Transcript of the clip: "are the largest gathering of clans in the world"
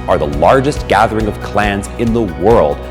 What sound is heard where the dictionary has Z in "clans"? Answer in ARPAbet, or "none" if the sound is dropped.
Z